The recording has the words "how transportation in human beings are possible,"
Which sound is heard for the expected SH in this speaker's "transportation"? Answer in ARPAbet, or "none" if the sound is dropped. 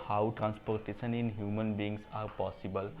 S